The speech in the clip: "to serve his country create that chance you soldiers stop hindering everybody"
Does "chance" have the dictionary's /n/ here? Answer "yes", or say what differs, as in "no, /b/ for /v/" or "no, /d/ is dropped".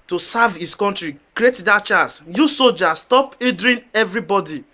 no, /n/ is dropped